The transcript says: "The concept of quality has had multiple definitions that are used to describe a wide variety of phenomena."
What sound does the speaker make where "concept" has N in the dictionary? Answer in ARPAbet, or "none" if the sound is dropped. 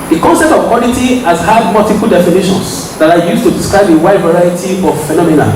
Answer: N